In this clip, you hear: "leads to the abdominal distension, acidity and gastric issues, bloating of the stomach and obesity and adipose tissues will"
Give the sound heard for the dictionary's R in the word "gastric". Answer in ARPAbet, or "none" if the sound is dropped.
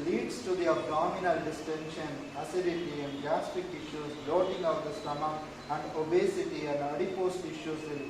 none